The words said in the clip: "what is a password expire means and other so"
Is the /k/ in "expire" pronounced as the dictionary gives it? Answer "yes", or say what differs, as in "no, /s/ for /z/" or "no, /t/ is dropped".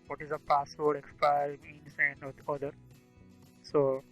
yes